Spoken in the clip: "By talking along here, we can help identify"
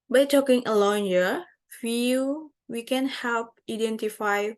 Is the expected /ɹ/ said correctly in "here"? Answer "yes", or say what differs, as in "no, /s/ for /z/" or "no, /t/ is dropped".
no, /l/ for /ɹ/